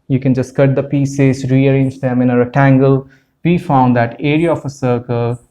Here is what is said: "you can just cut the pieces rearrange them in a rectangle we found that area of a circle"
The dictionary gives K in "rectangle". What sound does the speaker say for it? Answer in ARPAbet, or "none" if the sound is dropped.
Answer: none